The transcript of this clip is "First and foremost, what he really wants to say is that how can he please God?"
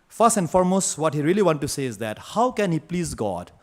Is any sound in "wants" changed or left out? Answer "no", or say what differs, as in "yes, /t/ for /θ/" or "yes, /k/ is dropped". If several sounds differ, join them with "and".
yes, /s/ is dropped